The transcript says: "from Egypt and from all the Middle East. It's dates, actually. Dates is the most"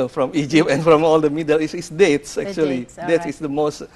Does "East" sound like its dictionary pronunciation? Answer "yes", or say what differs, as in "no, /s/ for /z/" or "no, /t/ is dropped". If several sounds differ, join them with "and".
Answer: no, /t/ is dropped